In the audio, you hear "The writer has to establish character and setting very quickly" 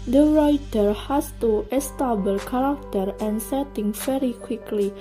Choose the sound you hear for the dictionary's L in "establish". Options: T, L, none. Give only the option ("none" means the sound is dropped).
none